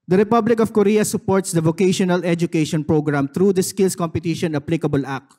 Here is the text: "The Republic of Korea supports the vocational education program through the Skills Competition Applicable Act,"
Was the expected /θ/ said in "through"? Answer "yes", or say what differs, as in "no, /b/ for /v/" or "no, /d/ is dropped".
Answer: no, /t/ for /θ/